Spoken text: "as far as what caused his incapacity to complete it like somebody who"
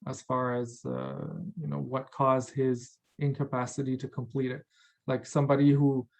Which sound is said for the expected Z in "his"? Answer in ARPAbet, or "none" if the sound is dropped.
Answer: Z